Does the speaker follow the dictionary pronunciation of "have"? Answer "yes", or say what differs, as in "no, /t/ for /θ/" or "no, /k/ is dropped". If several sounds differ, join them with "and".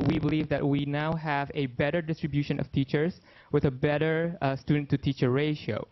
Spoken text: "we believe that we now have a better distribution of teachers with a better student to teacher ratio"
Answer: yes